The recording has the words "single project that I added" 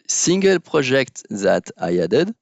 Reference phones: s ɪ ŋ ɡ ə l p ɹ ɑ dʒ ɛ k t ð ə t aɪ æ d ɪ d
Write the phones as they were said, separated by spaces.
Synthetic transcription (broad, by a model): s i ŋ ɡ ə l p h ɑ ʒ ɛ k t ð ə t aɪ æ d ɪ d